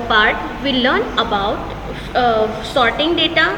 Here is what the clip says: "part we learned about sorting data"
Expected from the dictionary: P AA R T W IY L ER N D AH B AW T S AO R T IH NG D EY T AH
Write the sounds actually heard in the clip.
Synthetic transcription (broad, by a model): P AA R T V IY L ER N AH B AW T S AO R T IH NG D EY T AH